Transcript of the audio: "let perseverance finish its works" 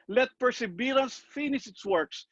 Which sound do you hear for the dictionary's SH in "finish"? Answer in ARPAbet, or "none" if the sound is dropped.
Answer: S